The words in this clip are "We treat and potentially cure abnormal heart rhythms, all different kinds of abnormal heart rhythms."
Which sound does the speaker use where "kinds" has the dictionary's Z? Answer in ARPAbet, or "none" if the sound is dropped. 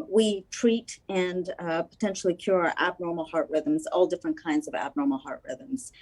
Z